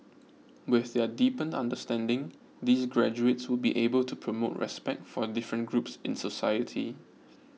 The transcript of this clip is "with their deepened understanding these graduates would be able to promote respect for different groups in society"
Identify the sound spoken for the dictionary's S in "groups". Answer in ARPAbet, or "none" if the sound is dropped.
S